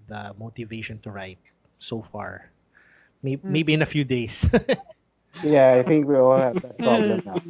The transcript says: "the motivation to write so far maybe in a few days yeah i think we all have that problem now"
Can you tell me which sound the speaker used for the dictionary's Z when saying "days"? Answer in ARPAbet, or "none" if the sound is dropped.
S